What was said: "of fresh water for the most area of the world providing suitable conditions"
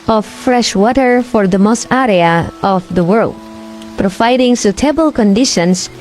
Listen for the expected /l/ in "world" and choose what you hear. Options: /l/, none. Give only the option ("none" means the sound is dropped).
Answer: /l/